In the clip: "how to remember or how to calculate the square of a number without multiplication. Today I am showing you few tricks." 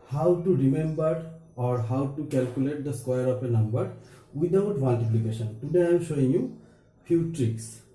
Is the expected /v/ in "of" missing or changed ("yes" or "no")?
yes